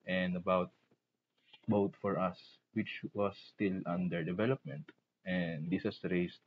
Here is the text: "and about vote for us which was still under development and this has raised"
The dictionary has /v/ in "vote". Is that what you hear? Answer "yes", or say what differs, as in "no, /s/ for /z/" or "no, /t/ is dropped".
no, /b/ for /v/